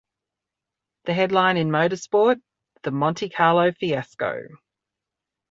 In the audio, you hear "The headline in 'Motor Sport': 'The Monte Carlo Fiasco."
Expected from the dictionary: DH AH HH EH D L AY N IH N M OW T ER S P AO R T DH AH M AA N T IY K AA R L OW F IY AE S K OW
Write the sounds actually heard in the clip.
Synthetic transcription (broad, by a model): DH AH HH EH D L AY N IH N M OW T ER S P AO T DH AH M AA N T IY K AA L OW F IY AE S K OW